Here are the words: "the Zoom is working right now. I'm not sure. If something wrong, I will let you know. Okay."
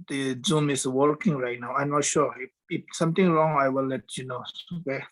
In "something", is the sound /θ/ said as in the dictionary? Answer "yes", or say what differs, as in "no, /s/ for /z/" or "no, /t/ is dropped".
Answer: no, /t/ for /θ/